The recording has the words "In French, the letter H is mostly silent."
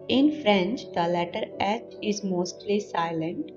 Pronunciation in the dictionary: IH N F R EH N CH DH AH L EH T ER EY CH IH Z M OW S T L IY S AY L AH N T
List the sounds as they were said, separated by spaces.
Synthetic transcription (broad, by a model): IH N F R EH N CH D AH L EH T ER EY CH IH Z M OW S T L IY S AY L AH N T